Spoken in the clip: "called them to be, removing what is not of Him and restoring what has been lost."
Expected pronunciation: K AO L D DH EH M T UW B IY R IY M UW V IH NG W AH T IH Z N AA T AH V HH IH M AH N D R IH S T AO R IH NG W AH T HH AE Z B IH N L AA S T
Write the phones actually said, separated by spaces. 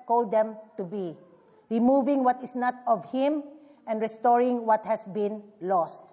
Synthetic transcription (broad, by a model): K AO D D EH M T UW B IY R IY M UW V IH NG W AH T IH S N AA T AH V HH IH M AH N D R IH S T AO R IH NG W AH T HH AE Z B IH N L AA S T